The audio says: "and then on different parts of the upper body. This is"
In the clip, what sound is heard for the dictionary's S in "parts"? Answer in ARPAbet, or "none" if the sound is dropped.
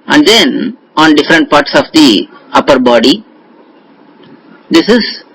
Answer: S